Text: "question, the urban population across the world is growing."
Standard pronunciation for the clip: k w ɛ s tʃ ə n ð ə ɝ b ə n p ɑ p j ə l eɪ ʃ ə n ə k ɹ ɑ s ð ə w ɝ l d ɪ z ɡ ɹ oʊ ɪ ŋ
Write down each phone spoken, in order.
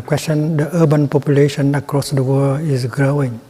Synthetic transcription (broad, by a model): k w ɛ s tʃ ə n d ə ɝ b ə n p ɑ p j ə l eɪ ʃ ə n ə k ɹ ɑ s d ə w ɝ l ɪ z ɡ ɹ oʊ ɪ ŋ